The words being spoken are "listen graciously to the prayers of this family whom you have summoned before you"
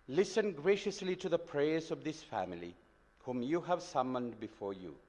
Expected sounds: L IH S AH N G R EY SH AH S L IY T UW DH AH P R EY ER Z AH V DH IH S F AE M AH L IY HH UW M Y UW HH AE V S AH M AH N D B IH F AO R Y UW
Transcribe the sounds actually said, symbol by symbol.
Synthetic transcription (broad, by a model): L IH S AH N G R EY SH AH S L IY T UW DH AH P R EY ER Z AH V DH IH S F AE M AH L IY HH UW M Y UW HH AE V S AH M AH N D B IH F AO R Y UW